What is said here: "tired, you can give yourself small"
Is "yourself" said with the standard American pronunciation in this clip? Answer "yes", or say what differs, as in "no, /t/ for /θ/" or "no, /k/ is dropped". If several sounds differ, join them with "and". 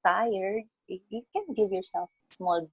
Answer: no, /l/ is dropped